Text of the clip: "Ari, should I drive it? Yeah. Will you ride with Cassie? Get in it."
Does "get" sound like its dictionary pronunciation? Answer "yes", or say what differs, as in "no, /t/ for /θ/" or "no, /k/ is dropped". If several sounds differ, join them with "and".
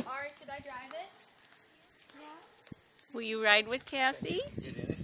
no, /t/ is dropped